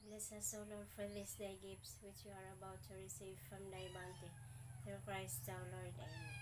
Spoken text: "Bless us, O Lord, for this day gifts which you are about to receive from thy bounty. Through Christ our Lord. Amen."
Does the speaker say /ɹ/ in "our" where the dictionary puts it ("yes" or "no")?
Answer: no